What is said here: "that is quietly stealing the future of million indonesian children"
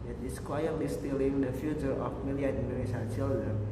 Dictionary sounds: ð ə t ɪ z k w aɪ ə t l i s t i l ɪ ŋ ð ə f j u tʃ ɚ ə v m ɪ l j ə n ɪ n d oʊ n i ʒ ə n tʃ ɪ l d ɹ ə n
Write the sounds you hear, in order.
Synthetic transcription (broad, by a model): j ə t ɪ s k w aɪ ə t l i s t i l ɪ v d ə f j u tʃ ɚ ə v m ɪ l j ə ɑ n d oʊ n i s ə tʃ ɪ l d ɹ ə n